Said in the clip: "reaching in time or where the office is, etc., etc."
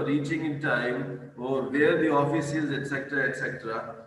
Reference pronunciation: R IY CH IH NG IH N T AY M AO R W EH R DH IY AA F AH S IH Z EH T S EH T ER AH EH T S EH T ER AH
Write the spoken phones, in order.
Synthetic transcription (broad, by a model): R IY CH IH NG IH N T AY M AO R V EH R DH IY AA F AH S IH Z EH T S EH T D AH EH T S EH T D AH